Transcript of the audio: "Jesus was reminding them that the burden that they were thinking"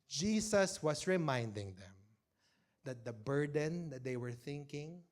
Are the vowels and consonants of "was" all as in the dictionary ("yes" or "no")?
no